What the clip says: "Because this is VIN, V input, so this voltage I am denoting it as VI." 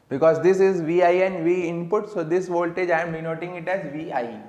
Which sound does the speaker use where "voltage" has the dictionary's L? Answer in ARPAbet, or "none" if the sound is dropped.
L